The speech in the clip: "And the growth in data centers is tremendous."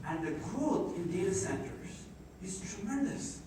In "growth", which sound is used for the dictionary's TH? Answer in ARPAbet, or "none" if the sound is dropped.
T